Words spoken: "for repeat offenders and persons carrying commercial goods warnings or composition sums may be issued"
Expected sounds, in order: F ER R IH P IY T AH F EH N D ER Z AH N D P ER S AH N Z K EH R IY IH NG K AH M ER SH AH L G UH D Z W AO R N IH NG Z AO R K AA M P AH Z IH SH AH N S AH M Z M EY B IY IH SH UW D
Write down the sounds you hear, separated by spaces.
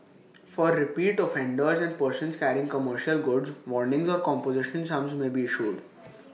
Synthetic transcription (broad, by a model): F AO R IH P IY T AH F EH N D ER Z AH N D P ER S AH N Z K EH R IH NG K AH M ER SH AH L G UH D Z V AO R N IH NG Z AO R K AA M P AH Z IH SH AH N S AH M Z M EY B IY IH SH UW D